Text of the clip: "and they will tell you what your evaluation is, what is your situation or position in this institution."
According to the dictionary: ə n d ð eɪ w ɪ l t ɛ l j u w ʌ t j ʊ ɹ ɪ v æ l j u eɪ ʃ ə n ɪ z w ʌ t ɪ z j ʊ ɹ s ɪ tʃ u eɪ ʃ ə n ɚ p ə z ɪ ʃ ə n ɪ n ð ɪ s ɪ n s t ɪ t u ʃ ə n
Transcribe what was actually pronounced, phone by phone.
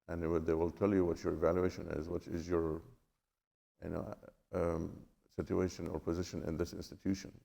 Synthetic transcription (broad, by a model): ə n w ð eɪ w ɪ l t ɛ l j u w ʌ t j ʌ ɹ ɪ v æ l j u eɪ ʃ ə n ɪ z w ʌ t ɪ z j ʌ ɹ s ɪ tʃ u eɪ ʃ ə n ɚ p ə z ɪ ʃ ə n ɪ n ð ɪ s ɪ n s t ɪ t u ʃ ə n